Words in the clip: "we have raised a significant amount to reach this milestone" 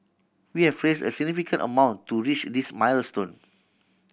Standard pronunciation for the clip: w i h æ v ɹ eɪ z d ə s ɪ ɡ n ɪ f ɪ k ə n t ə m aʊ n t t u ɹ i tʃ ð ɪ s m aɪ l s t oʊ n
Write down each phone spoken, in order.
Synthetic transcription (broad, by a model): w i h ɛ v ɹ eɪ s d ə s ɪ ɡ n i f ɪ k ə n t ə m aʊ n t t u ɹ i tʃ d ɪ s m aɪ l s t oʊ n